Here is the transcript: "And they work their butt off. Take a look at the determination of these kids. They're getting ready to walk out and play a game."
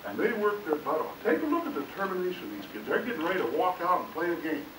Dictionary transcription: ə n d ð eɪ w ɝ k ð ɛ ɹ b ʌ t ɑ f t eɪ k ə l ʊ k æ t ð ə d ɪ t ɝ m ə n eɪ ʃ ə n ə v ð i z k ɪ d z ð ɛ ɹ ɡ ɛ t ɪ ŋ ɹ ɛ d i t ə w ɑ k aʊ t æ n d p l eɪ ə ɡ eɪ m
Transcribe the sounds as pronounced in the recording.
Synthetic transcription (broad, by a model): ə n ð eɪ w ɝ k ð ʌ ɹ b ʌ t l t eɪ k ə l ʊ k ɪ t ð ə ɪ t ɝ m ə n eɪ ə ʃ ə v ð i z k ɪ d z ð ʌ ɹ ɡ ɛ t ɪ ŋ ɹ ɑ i t ə w ɑ k aʊ t n p l eɪ ə ɡ eɪ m